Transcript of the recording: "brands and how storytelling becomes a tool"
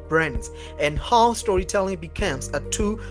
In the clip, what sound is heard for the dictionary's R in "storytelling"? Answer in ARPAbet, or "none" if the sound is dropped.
R